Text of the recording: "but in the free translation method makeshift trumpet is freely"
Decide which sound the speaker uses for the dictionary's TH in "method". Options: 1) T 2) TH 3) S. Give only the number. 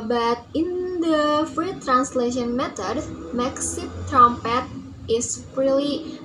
1